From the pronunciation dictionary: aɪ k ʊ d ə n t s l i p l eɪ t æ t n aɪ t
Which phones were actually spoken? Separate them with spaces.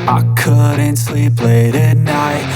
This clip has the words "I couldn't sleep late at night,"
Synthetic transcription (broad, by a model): aɪ k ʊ d n t s l i p l eɪ t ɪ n aɪ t